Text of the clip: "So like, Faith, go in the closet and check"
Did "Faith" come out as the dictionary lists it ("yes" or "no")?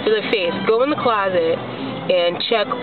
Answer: no